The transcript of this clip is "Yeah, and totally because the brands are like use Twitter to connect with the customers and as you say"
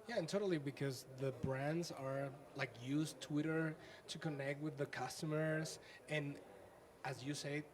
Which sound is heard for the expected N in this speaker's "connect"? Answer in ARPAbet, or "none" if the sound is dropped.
N